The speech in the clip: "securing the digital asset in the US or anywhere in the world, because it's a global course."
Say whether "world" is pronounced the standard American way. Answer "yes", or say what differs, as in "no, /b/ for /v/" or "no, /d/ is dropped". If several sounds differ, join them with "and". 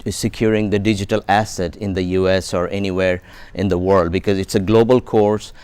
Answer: yes